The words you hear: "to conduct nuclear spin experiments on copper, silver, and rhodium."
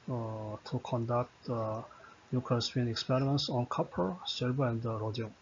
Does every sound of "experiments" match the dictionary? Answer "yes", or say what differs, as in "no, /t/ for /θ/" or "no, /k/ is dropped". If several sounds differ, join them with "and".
yes